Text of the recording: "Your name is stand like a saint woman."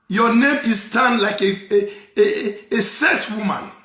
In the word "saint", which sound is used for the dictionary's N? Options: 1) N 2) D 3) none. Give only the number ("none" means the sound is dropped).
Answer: 3